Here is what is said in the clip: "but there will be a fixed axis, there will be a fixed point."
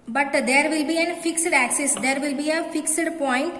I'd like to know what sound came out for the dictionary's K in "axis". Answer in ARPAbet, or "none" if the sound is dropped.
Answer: K